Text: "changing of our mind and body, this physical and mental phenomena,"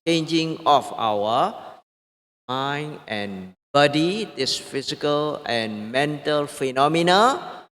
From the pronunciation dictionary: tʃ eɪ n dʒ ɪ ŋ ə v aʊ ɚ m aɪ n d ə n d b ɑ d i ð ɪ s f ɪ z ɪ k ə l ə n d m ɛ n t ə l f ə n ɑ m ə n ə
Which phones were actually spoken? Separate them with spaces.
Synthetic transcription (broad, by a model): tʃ eɪ n dʒ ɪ ŋ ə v aʊ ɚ m aɪ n ə n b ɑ d i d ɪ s f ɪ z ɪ k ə l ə n m ɛ n t ə l f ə n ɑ m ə n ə